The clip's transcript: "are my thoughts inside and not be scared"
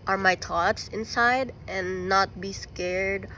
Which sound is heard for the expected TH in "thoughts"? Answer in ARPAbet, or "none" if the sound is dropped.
T